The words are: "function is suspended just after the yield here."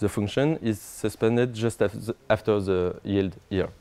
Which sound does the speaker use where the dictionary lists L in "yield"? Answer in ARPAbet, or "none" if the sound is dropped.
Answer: L